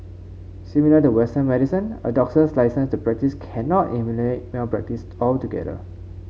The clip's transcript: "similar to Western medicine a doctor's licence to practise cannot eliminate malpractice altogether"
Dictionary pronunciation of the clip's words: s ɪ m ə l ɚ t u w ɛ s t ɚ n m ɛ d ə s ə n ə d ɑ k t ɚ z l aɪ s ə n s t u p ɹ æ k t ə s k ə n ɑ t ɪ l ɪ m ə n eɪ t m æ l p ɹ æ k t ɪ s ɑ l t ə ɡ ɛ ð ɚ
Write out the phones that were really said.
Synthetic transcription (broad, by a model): s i m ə l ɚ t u w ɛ s t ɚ n m ɛ d ə s ə n ə d ɑ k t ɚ s l aɪ s ə n s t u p ɹ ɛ k t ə s k ə n ɑ t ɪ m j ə l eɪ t m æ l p ɹ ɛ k t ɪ s ɑ l t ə ɡ ɛ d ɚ